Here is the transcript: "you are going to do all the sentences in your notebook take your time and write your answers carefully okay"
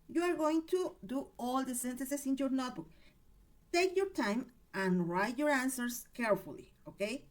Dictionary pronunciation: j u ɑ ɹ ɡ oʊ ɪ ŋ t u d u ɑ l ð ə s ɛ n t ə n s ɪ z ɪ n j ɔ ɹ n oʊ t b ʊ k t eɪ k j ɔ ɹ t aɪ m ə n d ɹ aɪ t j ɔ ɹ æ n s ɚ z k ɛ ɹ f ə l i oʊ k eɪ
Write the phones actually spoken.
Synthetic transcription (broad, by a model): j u ɑ ɹ ɡ oʊ ɪ ŋ t u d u ɑ l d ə s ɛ n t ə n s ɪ s ɪ n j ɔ ɹ n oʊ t b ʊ k t eɪ k j ɔ ɹ t aɪ m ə n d ɹ aɪ t j ɔ ɹ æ n s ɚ s k ɛ ɹ f ə l i oʊ k eɪ